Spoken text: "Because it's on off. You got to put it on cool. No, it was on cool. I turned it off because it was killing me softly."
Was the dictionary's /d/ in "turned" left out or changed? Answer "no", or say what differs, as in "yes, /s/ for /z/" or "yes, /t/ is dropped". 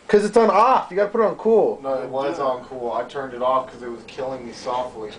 no